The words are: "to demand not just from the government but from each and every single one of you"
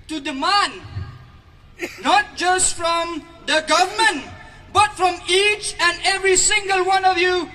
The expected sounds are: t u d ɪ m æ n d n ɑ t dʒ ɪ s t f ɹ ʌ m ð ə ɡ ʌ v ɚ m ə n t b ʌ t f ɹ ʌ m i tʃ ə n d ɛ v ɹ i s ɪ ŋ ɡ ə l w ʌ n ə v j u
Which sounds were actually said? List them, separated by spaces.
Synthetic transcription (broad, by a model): t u d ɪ m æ n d n ɑ t dʒ ɪ s t f ɹ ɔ m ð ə ɡ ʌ v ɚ m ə n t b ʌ t f ɹ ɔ m i tʃ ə n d ɛ v ɹ i s ɪ ŋ ɡ ə l w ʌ n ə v j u